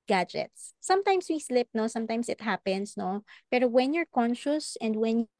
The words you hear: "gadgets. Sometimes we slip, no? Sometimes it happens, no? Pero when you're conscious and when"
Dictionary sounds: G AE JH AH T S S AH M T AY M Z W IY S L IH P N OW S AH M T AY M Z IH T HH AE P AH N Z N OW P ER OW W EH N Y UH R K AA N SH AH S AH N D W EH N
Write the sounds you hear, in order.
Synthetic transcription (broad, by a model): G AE JH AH T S S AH M T AY M S W IY S L IH P N OW S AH M T AY M S IH T HH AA P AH N S N OW P ER OW W EH N Y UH R K AA N SH AH S AH N D W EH N